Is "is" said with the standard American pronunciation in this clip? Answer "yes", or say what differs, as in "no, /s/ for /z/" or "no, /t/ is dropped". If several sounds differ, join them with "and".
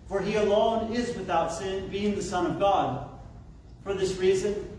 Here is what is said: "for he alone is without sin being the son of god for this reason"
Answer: yes